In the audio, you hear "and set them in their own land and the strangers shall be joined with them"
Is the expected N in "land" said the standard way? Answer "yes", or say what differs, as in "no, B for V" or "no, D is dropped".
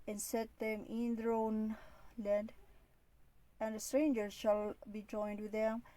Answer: yes